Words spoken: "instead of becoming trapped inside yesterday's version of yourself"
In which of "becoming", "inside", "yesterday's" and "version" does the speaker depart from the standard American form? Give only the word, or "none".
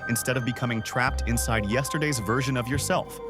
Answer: none